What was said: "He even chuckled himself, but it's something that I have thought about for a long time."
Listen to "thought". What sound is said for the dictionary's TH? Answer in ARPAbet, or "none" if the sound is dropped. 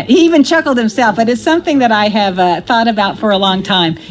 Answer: TH